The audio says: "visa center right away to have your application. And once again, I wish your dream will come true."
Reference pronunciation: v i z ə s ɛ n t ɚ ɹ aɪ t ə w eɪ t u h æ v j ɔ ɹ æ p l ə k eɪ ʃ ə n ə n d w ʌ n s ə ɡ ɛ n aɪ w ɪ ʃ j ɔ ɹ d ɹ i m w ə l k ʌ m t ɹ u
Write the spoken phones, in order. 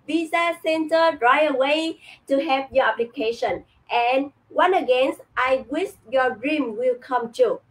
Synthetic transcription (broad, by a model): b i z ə s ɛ n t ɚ ɹ aɪ ə w eɪ t u h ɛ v j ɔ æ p l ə k eɪ ʃ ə n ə n w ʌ n ə ɡ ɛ n aɪ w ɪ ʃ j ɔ d ɹ i m w ə l k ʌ m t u